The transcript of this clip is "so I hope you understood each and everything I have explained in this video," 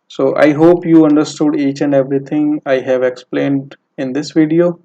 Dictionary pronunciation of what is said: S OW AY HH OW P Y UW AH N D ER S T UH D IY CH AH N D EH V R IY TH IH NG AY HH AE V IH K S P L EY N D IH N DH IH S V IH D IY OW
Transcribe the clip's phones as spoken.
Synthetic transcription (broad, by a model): S OW AY HH OW P Y UW AH N D ER S T UH D IY CH AH N D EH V R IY T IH NG AY HH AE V IH K S P L EY N D IH N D IH S V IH D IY OW